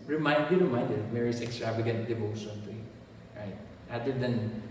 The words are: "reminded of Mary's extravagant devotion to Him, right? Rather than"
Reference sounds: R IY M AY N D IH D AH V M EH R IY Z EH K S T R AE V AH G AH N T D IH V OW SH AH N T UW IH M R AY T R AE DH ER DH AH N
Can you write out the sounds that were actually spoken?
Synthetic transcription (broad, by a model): R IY M AY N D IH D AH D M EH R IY S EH K S T R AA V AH G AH N T D IH V OW SH AH N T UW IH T R AY T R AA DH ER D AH N